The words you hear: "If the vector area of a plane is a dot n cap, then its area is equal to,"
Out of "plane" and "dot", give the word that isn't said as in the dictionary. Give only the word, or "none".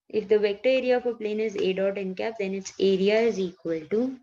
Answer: none